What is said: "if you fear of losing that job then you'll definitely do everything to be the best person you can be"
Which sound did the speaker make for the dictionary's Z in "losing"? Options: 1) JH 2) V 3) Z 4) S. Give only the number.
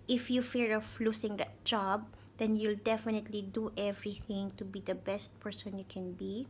4